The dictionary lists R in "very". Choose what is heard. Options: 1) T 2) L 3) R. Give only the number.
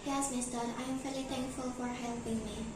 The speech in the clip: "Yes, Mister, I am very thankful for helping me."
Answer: 2